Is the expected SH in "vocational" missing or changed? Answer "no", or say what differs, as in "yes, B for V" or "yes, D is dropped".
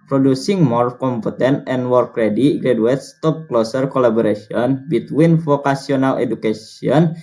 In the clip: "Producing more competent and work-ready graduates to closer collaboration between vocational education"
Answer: yes, S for SH